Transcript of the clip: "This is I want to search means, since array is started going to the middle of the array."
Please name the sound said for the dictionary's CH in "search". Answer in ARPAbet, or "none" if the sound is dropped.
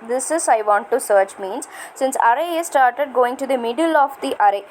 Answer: CH